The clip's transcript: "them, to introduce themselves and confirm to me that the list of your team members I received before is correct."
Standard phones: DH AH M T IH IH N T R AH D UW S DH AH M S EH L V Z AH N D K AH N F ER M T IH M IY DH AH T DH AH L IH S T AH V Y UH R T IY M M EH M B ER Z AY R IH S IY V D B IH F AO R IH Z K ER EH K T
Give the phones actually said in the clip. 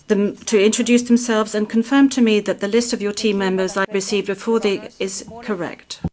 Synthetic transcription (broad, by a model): DH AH M T IH IH N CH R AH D UW S DH AH M S EH L V Z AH N K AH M F ER M T IH M IY DH AH T DH AH L IH S T AH V Y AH R T IY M M EH M B ER Z AY R IH S IY V D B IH F AO R IH Z K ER EH K T